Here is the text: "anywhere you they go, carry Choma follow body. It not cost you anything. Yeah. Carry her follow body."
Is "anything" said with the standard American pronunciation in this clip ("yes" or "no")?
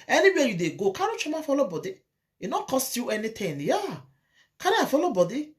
no